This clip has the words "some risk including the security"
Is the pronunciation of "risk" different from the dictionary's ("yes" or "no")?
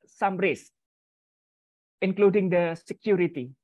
yes